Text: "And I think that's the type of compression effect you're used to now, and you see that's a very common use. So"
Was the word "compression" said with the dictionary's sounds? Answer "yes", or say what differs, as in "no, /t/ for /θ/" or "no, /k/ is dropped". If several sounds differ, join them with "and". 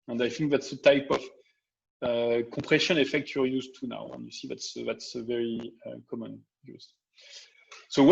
no, /m/ is dropped